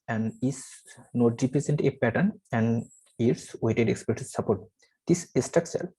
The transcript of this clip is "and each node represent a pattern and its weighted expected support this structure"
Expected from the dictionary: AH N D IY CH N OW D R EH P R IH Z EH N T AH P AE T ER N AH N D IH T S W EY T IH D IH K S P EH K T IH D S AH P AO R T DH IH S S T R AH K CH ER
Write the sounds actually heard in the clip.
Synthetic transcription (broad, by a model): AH N D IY S N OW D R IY P R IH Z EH N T AH P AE T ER N AH N D IH T S W EY T IH D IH K S P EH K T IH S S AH P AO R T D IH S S T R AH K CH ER